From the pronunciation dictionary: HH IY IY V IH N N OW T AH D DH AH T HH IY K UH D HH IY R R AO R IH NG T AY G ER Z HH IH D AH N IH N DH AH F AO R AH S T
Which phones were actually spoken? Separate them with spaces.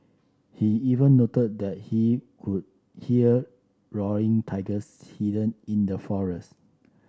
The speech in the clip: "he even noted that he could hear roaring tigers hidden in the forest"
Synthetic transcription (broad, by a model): HH IY IY V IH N N OW T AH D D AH T HH IY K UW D HH IY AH R AO R IH NG T AY G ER S HH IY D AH N IH N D AH F AO R AH S T